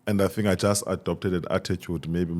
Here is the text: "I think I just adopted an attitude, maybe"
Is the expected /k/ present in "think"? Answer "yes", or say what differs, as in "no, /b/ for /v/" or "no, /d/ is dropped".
no, /k/ is dropped